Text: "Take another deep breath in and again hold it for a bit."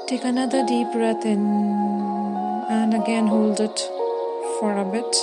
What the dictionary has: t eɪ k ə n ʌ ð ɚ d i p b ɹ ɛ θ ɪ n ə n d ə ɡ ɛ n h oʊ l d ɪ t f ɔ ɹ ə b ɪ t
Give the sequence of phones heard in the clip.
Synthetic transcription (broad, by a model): t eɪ k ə n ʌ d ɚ d i p ɹ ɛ t ɪ n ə n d ə ɡ ɛ n h oʊ l d ɪ t f ɔ ɹ ə b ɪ t